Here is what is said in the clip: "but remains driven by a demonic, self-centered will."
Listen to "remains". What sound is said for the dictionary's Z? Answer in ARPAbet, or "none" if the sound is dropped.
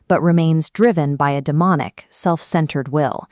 Z